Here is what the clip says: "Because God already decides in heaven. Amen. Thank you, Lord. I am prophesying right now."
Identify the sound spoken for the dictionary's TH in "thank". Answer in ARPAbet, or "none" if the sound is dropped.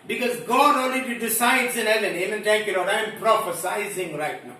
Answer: T